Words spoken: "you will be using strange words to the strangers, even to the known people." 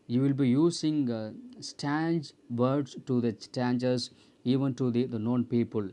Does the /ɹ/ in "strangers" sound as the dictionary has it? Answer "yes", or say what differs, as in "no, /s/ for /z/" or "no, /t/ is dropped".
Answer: no, /ɹ/ is dropped